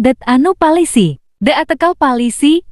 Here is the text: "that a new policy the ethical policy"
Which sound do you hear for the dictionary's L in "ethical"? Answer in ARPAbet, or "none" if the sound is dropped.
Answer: W